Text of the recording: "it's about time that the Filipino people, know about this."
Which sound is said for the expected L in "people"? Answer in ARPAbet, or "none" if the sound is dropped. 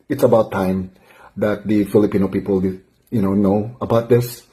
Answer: N